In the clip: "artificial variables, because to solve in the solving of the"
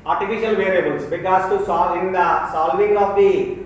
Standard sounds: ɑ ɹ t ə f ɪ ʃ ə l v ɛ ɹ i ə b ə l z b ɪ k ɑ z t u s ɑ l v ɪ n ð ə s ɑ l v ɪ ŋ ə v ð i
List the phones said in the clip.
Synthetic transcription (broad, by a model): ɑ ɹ t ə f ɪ ʃ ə l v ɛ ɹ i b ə l s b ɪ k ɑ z t u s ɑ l ɪ n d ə s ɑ l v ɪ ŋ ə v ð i